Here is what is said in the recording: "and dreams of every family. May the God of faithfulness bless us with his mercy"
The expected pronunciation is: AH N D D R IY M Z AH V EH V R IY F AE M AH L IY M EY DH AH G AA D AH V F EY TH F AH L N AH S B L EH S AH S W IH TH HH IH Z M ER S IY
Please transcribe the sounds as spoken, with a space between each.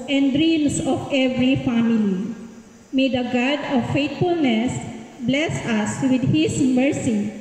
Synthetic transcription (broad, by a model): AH N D D R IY M S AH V EH V R IY F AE M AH L IY M EY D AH G AA D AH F EY T F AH L N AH S B L EH S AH S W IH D HH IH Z M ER S IY